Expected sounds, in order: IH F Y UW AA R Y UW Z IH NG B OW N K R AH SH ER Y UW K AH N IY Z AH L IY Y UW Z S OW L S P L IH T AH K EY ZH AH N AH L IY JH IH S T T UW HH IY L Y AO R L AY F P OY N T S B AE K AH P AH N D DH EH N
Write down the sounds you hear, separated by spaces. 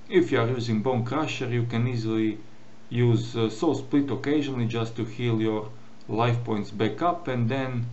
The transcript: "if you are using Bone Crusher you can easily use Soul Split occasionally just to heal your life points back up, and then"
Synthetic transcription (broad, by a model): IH F Y UW AA R Y UW Z IH NG B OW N K R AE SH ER Y UW K AH N IY Z AH L IY Y UW Z S OW S P L IH T AH K EY ZH AH N AH L IY JH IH S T T UW HH IY L Y AO R L AY F P OY N T S B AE K AH P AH N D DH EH N